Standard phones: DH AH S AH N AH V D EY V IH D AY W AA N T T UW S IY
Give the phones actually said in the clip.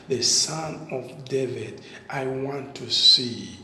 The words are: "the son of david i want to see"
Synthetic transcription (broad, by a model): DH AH S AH N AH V D EY V IH D AY W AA N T T UW S IY